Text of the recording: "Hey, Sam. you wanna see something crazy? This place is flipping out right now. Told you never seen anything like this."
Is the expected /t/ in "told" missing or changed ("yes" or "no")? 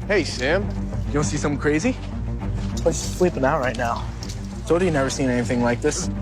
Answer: yes